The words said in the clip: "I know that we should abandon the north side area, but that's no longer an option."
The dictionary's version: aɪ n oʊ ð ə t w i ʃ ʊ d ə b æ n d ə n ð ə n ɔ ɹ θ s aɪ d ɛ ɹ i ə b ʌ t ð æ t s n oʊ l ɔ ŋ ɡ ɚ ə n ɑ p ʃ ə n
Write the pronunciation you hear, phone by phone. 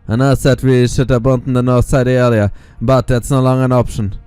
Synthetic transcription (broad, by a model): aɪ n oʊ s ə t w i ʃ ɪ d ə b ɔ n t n ð ə n ɔ ɹ θ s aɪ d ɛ l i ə b ʌ t ð æ t s n oʊ l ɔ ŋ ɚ ə n ɑ p ʃ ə n